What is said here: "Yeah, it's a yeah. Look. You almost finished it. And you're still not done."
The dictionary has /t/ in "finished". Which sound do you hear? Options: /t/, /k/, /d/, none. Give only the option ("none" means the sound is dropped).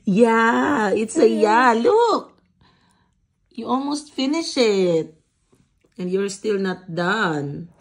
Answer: none